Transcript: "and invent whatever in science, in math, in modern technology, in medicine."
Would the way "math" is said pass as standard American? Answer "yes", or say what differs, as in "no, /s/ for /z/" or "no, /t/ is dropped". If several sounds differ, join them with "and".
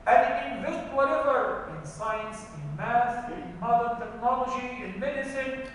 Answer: no, /s/ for /θ/